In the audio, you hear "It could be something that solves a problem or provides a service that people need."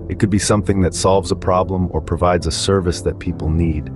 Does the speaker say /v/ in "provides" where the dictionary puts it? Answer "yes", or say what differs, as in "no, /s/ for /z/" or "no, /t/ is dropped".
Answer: yes